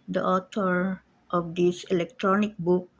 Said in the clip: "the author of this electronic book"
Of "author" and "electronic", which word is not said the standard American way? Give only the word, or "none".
author